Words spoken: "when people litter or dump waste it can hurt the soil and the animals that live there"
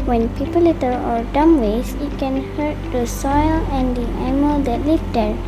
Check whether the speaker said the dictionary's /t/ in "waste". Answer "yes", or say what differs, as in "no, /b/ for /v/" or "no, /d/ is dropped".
no, /t/ is dropped